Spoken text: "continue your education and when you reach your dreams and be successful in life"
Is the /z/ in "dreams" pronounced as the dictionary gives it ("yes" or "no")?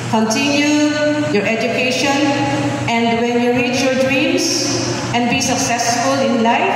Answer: no